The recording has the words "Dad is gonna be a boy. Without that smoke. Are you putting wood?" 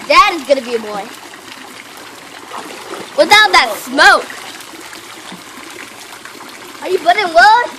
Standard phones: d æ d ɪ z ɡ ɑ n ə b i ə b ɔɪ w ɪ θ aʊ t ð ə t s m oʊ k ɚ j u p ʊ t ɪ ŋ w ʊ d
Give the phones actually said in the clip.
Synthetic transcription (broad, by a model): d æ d ɪ z ɡ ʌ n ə b i ə b ɔɪ w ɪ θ aʊ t ð ə t s m oʊ k ɚ j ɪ b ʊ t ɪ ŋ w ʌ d